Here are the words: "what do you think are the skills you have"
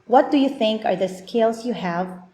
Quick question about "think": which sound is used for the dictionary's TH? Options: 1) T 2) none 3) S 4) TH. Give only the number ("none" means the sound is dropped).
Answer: 4